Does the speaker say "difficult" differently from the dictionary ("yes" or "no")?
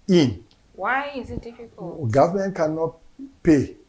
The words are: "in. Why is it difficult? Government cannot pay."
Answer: yes